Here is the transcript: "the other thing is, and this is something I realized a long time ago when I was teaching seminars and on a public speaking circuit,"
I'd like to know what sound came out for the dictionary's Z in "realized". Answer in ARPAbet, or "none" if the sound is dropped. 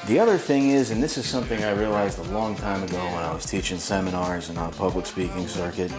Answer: Z